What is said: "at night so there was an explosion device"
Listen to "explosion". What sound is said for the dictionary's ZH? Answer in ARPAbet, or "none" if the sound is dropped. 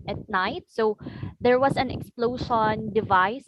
SH